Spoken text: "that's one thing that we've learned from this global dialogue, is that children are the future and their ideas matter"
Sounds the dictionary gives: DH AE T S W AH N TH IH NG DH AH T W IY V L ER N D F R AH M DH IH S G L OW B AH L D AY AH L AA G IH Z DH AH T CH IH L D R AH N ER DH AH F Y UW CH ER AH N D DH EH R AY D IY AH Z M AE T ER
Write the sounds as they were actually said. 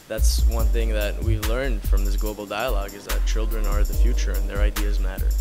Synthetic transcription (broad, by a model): DH AE T S W AH N TH IH NG DH AH T W IY V L ER N D F R AH M DH IH S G L OW B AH L D AY AH L AA G IH Z DH AH T CH IH L D R AH N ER DH AH F Y UW CH ER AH N DH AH R AY D IY AH Z M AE T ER